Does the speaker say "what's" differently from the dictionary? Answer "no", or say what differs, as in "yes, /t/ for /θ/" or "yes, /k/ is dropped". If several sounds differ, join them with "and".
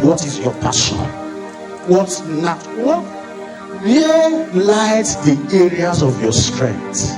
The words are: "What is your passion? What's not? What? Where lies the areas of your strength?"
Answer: yes, /s/ is dropped